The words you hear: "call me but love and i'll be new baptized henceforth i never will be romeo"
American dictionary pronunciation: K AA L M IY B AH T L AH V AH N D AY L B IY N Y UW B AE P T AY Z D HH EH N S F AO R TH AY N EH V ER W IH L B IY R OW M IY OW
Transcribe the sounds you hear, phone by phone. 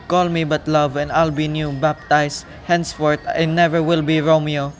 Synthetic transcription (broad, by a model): K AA L M IY B AH T L AH V AH N D AY L B IY N Y UW B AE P T AY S HH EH N S F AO R T AY N EH V ER W IH L B IY R OW M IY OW